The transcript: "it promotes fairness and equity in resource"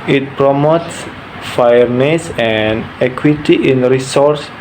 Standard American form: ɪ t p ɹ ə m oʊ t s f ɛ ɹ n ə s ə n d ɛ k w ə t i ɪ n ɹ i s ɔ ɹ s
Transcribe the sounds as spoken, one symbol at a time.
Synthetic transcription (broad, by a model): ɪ t p ɹ ə m oʊ t s f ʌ ɹ n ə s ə n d ɛ k w ə t i ɪ n ɹ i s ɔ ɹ s